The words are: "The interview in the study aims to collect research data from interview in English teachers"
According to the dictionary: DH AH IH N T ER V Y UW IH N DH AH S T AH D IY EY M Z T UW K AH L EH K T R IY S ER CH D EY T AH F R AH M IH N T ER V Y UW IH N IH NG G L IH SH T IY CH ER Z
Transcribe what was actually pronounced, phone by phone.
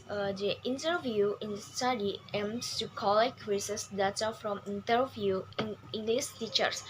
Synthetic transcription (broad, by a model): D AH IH N T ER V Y UW IH N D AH S T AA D IY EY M S T UW K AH L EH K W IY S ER S D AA T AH F R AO M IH N T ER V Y UW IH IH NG G L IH S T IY CH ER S